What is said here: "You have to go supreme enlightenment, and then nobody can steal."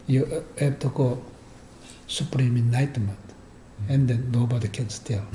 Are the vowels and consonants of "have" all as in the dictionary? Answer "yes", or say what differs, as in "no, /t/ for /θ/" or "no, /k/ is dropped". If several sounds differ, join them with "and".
no, /b/ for /v/